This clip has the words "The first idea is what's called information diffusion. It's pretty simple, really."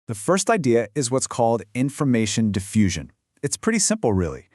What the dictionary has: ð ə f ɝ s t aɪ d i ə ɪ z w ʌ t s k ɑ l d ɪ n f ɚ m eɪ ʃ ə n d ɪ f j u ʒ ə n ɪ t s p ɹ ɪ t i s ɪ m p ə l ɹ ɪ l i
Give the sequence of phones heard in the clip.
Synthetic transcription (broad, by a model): ð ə f ɝ s t aɪ d i ə ɪ z w ʌ t s k ɑ l d ɪ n f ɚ m eɪ ʃ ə n d ɪ f j u ʒ ə n ɪ t s p ɹ ɪ t i s ɪ m p l ɹ ɪ l i